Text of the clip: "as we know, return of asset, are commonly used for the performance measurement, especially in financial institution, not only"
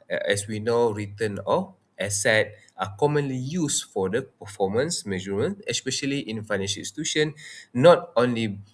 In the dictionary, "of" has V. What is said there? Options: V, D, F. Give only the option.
F